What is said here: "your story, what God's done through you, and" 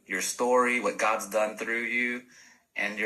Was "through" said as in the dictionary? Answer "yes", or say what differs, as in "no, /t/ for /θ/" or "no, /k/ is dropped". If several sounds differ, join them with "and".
yes